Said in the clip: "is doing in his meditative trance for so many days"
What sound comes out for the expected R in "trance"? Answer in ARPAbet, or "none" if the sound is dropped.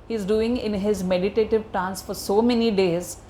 none